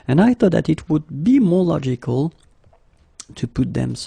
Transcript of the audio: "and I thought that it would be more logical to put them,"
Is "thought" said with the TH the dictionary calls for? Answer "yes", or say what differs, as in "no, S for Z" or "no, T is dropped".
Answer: yes